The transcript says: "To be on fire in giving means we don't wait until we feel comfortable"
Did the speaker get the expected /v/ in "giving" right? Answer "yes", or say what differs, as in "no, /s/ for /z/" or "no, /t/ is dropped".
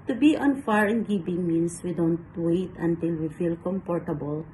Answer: no, /b/ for /v/